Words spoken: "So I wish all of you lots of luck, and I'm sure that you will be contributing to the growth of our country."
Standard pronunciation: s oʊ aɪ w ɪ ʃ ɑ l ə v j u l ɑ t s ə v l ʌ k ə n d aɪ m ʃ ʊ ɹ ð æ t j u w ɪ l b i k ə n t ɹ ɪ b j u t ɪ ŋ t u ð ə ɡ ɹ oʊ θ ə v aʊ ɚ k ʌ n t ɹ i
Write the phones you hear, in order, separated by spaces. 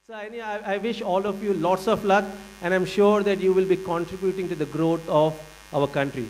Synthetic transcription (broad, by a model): s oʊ aɪ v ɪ ʃ ɑ l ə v j u l ɑ t s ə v l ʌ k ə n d aɪ m ʃ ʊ ɹ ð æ t j u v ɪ l b i k ə n t ɹ ɪ b j u t ɪ ŋ t u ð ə ɡ ɹ oʊ t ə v aʊ ɚ k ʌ n t ɹ i